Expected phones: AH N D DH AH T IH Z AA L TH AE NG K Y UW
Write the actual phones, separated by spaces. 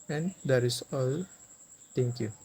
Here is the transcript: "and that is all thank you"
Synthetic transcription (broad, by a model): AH N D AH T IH S AA L T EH NG K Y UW